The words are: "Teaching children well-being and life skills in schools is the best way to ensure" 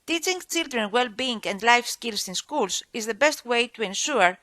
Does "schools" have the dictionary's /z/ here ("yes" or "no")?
no